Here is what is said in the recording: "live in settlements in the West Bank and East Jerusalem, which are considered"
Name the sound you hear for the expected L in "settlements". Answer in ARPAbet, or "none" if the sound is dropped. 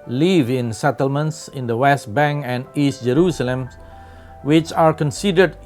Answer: L